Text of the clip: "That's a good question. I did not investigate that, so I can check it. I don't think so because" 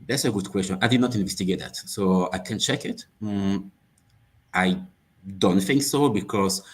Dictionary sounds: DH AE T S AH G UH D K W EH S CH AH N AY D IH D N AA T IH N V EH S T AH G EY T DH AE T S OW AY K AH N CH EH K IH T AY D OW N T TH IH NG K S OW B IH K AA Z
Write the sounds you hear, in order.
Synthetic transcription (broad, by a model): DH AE T S AH G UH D K W EH S CH AH N AY D IH D N AA T IH N V EH S T AH G EY T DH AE T S OW AY K AH N CH EH K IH T AY D OW N T TH IH NG K S OW B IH K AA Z